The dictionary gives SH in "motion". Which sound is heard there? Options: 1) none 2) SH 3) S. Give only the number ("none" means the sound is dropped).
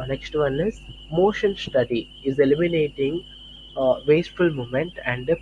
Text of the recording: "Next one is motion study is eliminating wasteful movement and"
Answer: 2